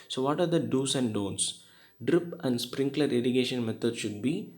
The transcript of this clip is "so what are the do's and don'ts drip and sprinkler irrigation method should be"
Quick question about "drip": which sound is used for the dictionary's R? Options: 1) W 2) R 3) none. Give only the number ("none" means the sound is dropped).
2